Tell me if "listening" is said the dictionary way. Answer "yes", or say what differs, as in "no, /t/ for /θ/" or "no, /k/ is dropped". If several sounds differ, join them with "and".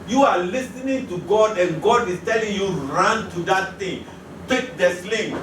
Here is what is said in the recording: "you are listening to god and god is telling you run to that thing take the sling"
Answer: yes